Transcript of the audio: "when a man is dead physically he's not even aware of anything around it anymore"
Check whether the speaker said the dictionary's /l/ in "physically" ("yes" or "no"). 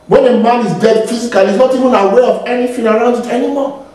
no